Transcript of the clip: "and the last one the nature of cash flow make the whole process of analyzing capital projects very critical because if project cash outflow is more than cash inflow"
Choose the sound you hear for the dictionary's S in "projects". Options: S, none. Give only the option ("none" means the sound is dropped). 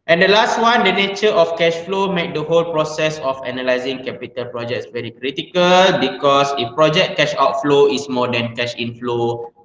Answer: S